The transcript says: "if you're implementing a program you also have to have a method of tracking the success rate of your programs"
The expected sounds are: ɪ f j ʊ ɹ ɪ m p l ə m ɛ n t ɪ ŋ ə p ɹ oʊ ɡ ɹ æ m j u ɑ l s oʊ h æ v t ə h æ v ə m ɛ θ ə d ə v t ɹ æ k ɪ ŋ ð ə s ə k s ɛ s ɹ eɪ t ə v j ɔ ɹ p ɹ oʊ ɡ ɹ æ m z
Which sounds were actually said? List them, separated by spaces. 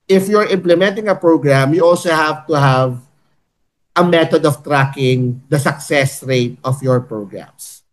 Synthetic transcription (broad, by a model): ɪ f j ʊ ɹ ɪ m p l ə m ɛ n t ɪ ŋ ə p ɹ oʊ ɡ ɹ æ m j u ɑ l s oʊ h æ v t ə h æ v ə m ɛ t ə d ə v t ɹ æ k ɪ ŋ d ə s ə k s ɛ s ɹ eɪ t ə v j ɔ ɹ p ɹ oʊ ɡ ɹ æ m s